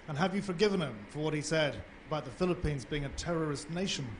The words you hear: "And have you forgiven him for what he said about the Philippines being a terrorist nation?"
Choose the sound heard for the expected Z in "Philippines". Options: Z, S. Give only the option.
Z